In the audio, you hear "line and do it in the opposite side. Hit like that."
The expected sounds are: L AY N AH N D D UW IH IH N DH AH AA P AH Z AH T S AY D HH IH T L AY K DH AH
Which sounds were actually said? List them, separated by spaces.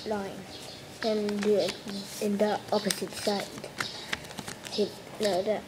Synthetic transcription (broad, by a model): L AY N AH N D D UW IH IH N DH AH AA P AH S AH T S AY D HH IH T N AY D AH